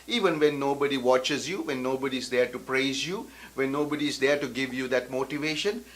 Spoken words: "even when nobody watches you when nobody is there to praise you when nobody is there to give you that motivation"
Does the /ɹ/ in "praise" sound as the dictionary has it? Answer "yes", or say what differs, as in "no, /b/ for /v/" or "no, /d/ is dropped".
yes